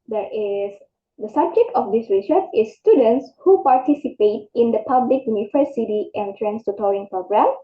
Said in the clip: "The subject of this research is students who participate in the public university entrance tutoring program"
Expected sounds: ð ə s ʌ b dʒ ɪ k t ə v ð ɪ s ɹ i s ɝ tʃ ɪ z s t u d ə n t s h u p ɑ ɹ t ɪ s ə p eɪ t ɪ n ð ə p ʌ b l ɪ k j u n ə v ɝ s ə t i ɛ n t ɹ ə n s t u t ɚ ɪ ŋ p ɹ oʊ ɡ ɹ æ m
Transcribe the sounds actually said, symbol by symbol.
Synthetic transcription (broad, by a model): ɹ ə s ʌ b dʒ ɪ k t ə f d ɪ s ɹ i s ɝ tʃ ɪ s t u d ə n t s h u p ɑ ɹ t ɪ s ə p eɪ t ɪ n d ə p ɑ b l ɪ k j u n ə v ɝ s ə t i ɛ n t ɹ ə n s t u t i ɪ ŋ p ɹ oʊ ɡ ɹ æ m